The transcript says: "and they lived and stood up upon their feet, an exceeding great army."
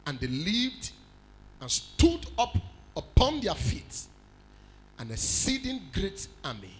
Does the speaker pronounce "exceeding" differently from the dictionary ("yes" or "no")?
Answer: yes